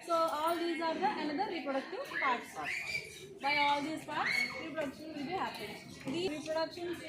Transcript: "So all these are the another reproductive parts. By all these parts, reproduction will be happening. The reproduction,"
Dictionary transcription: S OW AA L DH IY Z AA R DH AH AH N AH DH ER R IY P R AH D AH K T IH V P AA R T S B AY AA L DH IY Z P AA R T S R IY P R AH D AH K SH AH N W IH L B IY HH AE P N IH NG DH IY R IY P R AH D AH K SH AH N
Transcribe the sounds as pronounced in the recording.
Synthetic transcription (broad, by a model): S OW AA L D IY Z AA R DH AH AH N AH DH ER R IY P R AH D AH K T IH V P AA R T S B AY AA L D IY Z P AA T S R IY P R AH D AH K SH AH N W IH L B IY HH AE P IH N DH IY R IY P R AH D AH K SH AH N